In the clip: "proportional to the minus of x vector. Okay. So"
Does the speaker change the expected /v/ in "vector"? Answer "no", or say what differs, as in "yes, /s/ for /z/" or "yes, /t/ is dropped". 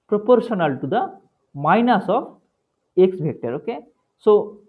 yes, /b/ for /v/